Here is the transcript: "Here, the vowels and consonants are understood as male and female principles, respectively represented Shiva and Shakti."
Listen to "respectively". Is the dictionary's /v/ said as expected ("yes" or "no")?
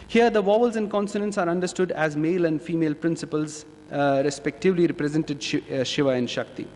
yes